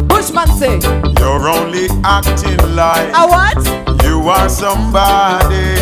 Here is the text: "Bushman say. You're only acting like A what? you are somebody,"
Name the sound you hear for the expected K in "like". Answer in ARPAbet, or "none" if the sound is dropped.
none